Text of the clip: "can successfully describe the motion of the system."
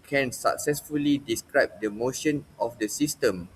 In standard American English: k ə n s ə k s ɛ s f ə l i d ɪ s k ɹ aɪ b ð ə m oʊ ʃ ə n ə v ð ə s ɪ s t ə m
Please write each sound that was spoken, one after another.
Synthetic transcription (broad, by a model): k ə n s ə k s ɛ s f ə l i d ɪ s k ɹ aɪ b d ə m oʊ ʃ ə n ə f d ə s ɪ s t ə m